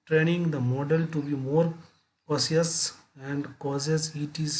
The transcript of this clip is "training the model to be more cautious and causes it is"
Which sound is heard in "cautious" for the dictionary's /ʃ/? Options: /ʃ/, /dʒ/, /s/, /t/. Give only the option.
/s/